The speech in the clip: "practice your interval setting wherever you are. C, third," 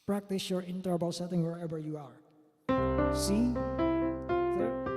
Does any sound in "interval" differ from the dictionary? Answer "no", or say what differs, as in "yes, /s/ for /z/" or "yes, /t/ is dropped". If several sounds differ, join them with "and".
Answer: yes, /b/ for /v/